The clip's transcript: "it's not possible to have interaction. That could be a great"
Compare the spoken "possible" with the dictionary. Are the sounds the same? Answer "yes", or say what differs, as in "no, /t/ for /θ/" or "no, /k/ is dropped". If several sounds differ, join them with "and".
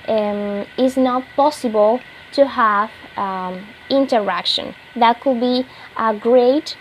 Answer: yes